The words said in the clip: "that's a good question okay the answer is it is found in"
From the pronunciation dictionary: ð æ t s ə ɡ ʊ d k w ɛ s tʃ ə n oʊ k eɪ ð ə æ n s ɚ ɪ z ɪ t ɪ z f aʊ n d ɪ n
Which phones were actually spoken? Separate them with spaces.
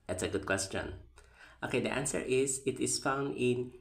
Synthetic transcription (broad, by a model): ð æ t s ə ɡ ʊ d k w ɛ s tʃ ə n oʊ k eɪ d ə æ n s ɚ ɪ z ɪ t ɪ s f aʊ n d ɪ n